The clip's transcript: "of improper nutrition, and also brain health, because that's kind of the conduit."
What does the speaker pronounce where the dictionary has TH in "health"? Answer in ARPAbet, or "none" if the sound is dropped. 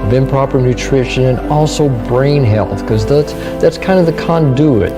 TH